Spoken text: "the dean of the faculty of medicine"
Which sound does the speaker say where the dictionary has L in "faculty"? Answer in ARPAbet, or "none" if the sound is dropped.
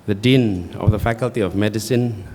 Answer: L